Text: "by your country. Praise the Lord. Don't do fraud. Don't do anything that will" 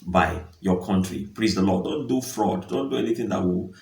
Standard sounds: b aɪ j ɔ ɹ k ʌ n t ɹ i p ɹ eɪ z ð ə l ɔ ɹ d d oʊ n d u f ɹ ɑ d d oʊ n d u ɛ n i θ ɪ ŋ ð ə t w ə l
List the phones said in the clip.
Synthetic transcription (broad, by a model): b aɪ j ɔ k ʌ n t ɹ i p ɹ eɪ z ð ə l ɔ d d oʊ n d u f ɹ ɑ d d oʊ n d u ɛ n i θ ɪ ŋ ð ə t w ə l